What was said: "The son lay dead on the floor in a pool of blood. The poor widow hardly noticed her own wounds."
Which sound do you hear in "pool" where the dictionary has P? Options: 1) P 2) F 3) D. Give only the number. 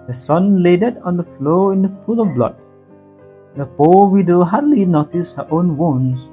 2